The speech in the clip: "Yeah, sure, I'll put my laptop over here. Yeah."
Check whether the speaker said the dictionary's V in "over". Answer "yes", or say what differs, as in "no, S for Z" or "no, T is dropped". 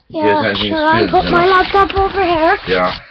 yes